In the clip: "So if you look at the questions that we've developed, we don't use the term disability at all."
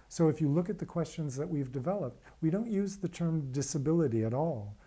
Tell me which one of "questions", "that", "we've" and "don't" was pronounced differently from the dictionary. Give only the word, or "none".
none